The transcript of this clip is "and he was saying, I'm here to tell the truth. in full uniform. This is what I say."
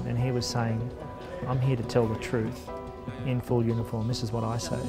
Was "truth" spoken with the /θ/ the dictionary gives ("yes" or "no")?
yes